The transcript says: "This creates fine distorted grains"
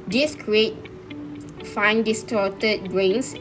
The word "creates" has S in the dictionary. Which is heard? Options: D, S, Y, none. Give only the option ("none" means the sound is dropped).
none